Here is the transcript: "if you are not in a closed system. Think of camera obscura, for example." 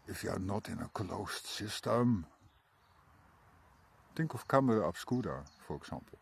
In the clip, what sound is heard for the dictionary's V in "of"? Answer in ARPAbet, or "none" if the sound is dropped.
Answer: F